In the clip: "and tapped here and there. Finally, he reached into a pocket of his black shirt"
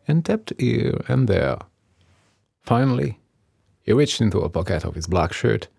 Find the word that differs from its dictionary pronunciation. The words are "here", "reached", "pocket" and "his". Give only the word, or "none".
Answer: none